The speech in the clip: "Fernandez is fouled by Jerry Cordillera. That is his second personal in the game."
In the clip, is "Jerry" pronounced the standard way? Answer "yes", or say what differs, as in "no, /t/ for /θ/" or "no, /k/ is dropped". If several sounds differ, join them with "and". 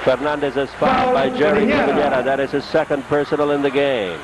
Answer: yes